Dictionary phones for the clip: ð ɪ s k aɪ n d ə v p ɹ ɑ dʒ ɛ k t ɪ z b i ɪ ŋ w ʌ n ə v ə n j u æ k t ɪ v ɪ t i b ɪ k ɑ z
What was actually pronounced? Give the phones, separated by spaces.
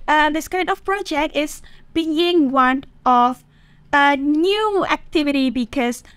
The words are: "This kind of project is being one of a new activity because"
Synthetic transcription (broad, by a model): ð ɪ s k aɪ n ə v p ɹ ɑ dʒ ɛ k t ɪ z b i ɪ ŋ w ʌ n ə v ə n j u æ k t ɪ v ɪ t i b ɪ k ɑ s